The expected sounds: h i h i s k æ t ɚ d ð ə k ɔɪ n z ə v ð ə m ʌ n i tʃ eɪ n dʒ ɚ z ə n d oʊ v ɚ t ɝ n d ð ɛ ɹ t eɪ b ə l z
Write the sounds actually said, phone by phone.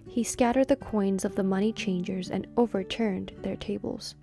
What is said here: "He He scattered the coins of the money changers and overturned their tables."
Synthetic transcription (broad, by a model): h h i s k æ t ɚ d ð ə k ɔɪ n z ə v ð ə m ʌ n i tʃ eɪ n dʒ ɚ z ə n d oʊ v ɚ t ɝ n ð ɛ ɹ t eɪ b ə l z